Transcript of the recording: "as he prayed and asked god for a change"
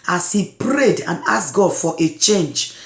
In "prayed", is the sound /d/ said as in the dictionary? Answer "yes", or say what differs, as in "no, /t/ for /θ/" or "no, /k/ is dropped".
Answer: yes